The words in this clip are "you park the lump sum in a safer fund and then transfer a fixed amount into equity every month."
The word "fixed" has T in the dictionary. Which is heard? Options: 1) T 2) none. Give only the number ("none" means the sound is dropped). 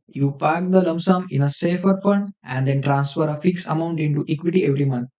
2